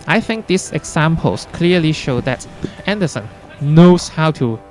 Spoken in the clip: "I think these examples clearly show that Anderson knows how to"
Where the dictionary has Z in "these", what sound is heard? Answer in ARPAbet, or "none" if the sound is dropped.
S